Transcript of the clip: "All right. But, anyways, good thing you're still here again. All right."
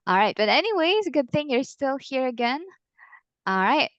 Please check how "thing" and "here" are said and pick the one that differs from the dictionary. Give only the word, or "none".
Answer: none